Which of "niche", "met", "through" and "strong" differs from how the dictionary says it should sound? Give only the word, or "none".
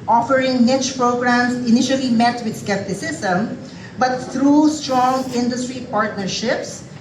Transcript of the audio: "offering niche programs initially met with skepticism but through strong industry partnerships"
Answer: through